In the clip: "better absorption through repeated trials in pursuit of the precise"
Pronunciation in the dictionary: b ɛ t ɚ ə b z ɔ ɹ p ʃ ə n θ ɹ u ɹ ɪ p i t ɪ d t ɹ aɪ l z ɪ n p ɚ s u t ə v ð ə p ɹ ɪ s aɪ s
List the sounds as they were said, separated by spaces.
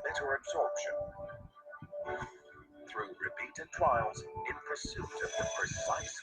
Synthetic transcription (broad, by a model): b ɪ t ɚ ə b z ɔ ɹ p ʃ ə n θ ɹ u ɹ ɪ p i t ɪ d t ɹ aɪ l z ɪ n p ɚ s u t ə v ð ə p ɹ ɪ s aɪ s